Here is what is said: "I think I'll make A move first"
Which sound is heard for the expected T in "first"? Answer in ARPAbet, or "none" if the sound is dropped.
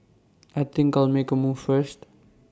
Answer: T